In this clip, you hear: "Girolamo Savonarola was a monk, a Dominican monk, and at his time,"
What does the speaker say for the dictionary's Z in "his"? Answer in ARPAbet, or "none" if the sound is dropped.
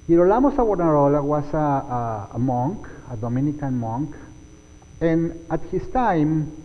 S